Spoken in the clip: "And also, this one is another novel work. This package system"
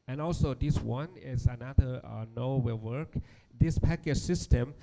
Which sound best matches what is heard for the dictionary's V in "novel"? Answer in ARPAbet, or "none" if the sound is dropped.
W